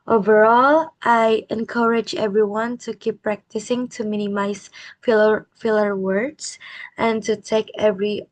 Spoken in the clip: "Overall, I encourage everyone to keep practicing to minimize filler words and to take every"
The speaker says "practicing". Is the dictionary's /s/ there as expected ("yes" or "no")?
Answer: yes